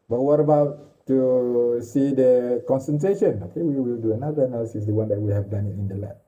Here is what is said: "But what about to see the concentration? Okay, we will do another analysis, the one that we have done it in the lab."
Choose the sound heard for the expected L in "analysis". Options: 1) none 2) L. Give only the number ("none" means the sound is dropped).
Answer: 1